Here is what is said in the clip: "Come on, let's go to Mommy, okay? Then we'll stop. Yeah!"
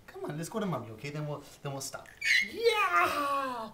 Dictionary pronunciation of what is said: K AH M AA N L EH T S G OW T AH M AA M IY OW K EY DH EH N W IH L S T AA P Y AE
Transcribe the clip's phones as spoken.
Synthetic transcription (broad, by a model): K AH M AA N L EH T S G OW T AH M AA M IY OW K EY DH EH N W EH N S T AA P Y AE